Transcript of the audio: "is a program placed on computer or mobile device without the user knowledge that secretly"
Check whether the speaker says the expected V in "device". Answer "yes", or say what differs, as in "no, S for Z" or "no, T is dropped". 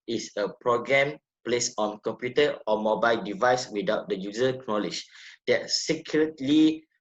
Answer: yes